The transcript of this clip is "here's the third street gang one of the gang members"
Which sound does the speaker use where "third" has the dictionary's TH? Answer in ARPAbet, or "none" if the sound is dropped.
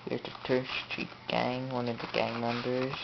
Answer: T